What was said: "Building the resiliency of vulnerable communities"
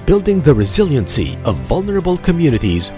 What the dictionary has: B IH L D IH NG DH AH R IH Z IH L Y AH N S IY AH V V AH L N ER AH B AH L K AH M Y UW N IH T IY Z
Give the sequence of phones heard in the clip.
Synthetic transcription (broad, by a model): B IH L D IH NG DH AH R IH Z IH L Y AH N S IY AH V V AH L N ER AH B AH L K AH M Y UW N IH T IY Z